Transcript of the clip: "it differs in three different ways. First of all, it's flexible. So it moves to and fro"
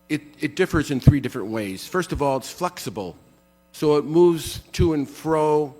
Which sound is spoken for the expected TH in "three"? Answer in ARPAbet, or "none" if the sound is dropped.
TH